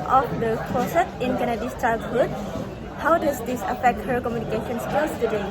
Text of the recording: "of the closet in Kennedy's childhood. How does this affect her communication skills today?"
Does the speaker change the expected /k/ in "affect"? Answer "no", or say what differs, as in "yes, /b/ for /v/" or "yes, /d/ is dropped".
no